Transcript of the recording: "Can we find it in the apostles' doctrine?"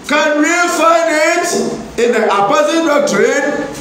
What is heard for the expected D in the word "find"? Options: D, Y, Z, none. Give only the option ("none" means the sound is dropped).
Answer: none